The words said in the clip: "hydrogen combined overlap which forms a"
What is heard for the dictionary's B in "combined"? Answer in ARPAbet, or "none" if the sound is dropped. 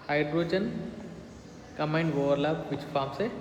none